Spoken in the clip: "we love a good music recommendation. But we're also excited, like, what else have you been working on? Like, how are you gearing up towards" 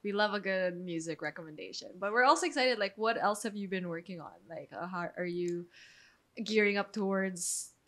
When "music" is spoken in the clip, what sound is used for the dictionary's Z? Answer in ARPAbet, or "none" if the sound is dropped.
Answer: Z